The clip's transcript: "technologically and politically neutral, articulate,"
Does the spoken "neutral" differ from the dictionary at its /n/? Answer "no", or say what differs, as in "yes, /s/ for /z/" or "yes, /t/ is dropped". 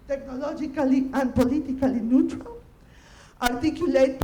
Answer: no